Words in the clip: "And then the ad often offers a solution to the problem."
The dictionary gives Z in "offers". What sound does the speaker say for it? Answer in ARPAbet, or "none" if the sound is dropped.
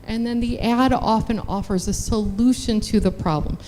Z